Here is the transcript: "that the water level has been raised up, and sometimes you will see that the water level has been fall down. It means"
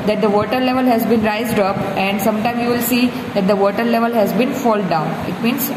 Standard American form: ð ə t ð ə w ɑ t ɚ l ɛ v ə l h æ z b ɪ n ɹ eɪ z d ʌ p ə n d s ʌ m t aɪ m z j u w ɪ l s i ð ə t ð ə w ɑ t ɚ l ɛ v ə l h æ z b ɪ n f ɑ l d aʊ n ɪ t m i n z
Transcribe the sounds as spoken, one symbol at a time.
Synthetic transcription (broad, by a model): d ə t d ə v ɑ t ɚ l ɛ v ə l h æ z b ɪ n ɹ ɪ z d ʌ p ə n d s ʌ m t aɪ m j u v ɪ l s i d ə t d ə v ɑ t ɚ l ɛ v ə l h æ z b ɪ n f ɑ l d aʊ n ɪ t m i n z